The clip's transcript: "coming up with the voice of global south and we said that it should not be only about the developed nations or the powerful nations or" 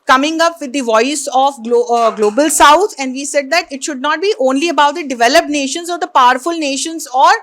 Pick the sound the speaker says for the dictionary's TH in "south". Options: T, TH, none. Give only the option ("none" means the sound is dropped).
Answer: T